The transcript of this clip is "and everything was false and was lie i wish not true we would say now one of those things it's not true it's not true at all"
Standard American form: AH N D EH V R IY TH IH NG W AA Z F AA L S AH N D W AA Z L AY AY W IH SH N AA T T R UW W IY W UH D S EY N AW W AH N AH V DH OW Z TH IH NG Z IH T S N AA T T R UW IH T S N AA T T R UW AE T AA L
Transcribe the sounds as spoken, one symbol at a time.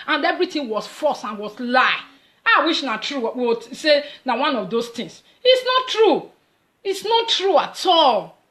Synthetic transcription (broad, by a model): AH N D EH V R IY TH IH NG W AA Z F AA S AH N W AA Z L AY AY W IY SH N AA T T R UW W IY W S EY N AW W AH N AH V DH OW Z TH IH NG S IH T S N AA T T R UW IH T S N AA T T R UW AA T AA L